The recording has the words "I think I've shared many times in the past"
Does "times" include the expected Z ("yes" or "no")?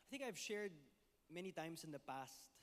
no